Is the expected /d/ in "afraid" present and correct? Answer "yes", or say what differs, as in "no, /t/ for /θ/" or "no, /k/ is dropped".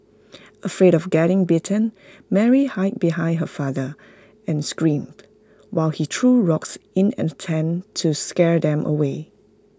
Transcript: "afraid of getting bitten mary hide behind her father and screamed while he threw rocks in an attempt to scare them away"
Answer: yes